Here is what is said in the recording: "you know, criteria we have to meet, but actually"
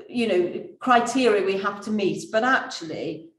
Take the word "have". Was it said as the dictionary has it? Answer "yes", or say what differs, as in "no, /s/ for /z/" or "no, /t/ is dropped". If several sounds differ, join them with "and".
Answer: no, /f/ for /v/